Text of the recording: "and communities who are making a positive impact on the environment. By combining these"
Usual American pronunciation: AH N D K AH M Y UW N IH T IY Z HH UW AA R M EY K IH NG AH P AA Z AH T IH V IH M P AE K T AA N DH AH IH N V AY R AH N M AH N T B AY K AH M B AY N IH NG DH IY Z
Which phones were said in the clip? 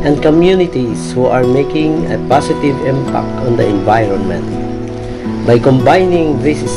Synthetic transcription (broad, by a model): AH N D K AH M Y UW N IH T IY S HH UW AA R M EY K IH NG AH P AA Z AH T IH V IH M P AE K T AA N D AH IH N V AY R AH N M AH N T B AY K AH M B AY N IH NG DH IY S